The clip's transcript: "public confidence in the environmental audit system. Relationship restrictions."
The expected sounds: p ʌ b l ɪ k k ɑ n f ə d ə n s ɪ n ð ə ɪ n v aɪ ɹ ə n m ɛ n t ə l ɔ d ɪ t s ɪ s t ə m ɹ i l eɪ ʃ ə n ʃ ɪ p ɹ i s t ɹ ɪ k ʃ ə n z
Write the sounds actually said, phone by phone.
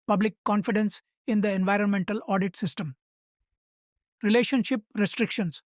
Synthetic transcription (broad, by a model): p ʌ b l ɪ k k ɑ n f ə d ə n s ɪ n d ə ɪ n v aɪ ɹ ə n m ɛ n t ə l ɔ d ɪ t s ɪ s t ə m ɹ i l eɪ ʃ ə n ʃ ɪ p ɹ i s t ɹ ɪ k ʃ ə n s